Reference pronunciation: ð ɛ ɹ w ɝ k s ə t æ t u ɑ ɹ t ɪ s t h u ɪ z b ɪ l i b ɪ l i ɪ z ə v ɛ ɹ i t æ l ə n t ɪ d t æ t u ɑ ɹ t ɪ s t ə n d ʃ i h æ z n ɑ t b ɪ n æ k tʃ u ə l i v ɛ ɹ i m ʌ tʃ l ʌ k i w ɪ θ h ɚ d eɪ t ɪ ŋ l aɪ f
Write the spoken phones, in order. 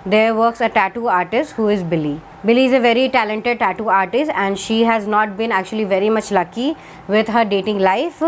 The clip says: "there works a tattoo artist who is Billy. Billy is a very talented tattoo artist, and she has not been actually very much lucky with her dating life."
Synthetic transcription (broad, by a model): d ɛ ɹ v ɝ k s ə t æ t u ɑ ɹ t ɪ s t h u ɪ z b ɪ l i b ɪ l i ɪ z ə v ɛ ɹ i t æ l ə n t ɪ d t æ t u ɑ ɹ t ɪ s t ə n d ʃ i h æ z n ɑ t b ɪ n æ k tʃ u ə l i v ɛ ɹ i m ʌ tʃ l ʌ k i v ɪ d h ɚ d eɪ t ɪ ŋ l aɪ f